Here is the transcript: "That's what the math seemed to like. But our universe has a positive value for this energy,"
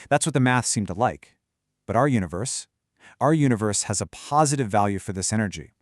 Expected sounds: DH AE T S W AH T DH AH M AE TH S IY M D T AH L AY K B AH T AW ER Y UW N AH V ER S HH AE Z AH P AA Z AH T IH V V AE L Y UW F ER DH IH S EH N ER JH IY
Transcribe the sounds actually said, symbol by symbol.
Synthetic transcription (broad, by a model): DH AE T S W AH T DH AH M AE TH S IY M T AH L AY K B AH T AW ER Y UW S AH V ER S HH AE Z AH P AA Z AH T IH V V AE L Y UW F ER DH IH S EH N ER JH IY